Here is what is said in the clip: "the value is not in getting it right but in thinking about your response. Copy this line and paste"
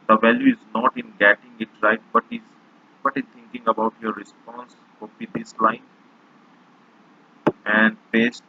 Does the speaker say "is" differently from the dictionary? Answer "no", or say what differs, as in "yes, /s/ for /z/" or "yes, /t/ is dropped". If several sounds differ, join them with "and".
no